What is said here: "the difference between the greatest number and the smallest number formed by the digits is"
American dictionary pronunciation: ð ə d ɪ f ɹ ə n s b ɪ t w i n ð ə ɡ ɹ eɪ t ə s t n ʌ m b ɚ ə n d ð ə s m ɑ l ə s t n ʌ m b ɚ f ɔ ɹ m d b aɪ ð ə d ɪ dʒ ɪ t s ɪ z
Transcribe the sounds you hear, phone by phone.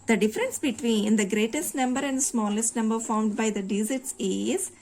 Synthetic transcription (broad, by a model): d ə d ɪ f ɹ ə n s b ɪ t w i n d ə ɡ ɹ eɪ t ə s t n ʌ m b ɚ ə n d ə s m ɑ l ə s t n ʌ m b ɚ f ɔ ɹ m d b aɪ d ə d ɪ z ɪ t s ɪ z